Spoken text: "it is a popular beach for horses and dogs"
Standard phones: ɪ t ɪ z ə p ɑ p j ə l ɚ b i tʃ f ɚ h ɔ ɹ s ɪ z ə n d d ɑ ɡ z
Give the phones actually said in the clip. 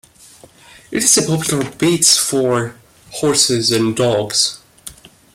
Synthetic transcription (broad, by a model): ɪ t ɪ z ə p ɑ p j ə l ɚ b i s f ɚ h ɔ ɹ s ɪ z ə n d d ɑ ɡ z